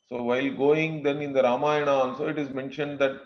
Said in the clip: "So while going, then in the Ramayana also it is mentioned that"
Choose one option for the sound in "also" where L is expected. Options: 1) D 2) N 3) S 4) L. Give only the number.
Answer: 2